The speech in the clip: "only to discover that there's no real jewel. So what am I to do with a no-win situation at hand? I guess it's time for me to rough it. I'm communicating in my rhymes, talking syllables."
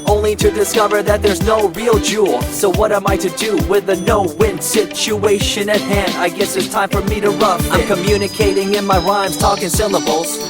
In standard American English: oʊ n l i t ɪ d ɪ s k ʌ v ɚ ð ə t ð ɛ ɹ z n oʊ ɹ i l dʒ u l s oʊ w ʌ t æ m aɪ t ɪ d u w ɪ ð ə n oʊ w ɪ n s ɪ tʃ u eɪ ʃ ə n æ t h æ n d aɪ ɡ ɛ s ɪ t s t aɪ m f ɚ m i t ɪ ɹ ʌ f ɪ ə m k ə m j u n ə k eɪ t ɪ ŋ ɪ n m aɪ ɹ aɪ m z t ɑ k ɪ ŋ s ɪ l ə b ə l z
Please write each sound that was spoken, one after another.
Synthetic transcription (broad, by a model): oʊ n l i t ɪ d ɪ s k ʌ v ɚ ð ə t ð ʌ ɹ z n oʊ ɹ i l dʒ u l s oʊ w ʌ t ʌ m aɪ t ɪ d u w ɪ ð ə n oʊ w ɪ n s ɪ tʃ u eɪ ʃ ə n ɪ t h æ n d aɪ ɡ ɛ s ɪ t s t aɪ m f ɚ m i t ɪ ɹ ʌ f ɪ ə m k ə m j u n ə k eɪ t ɪ ŋ ɪ n m aɪ ɹ aɪ m z t ɑ k ɪ ŋ s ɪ l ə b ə l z